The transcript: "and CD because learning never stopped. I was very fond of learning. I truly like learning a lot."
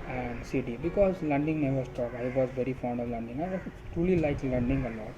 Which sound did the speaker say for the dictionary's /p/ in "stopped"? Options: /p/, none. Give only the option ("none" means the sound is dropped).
none